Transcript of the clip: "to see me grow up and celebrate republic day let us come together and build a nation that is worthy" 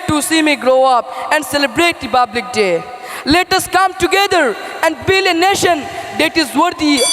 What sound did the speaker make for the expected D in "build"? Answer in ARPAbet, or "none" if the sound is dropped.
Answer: none